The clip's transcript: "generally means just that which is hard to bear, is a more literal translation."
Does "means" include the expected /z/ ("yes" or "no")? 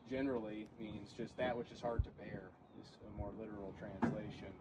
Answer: yes